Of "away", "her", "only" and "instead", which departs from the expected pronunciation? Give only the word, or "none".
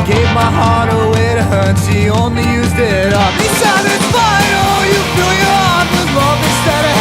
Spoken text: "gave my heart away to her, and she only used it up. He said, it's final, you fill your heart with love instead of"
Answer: instead